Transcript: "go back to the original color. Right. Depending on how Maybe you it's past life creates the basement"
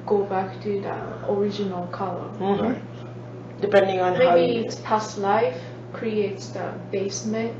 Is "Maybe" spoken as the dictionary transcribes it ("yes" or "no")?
no